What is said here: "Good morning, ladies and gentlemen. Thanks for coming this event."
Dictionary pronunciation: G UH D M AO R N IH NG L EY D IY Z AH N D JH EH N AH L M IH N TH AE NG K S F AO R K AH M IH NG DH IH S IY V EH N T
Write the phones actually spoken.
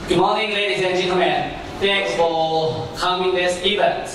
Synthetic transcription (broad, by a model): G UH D M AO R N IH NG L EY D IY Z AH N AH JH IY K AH M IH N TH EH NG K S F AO L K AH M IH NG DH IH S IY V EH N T